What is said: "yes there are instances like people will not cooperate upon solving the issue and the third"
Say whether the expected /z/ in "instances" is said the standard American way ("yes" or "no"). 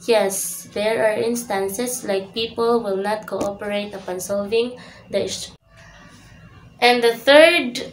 no